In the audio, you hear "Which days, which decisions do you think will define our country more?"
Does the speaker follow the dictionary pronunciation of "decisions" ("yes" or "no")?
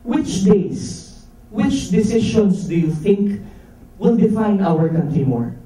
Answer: no